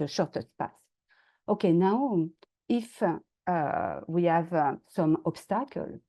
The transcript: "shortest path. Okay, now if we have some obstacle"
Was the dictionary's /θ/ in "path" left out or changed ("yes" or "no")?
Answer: yes